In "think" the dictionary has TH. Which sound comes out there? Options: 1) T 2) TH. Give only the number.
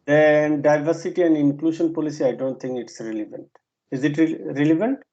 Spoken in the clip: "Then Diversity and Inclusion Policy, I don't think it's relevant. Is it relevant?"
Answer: 1